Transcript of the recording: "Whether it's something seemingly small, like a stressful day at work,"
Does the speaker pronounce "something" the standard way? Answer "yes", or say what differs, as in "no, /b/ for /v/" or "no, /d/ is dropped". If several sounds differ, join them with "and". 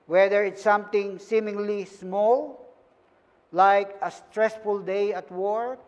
no, /t/ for /θ/